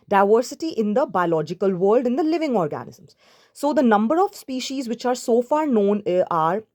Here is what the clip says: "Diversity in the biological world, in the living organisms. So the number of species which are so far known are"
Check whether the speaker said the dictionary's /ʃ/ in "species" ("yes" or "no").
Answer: yes